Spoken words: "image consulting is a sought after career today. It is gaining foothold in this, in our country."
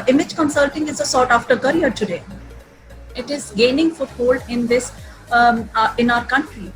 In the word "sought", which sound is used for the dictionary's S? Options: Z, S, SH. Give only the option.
S